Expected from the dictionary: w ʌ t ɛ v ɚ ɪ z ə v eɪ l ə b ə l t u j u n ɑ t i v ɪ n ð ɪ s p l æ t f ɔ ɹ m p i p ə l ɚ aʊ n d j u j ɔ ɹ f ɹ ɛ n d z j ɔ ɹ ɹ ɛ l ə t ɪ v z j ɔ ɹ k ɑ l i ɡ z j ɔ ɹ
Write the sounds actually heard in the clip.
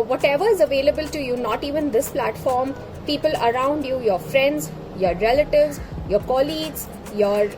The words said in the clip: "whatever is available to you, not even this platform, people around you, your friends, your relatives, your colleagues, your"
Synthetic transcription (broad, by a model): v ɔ t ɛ v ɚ ɪ z ə v eɪ l ə b ə l t u j u n ɑ t i v ɪ n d ɪ s p l æ t f ɔ ɹ m p i p ə l ɚ aʊ n d j u j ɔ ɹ f ɹ ɛ n d z j ɔ ɹ ɹ ɛ l ə t ɪ v z j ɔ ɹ k ɑ l i ɡ z j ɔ ɹ